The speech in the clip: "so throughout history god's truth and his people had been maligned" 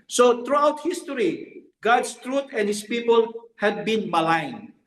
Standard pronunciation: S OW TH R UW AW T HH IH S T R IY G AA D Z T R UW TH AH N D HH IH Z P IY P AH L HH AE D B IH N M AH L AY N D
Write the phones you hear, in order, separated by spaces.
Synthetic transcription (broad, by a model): S OW T R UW AW T HH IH S T R IY G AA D S T R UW T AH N HH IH S P IY P AH L HH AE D B IH N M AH L AY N